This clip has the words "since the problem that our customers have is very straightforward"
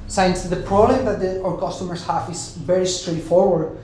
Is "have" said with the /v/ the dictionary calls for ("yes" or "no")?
no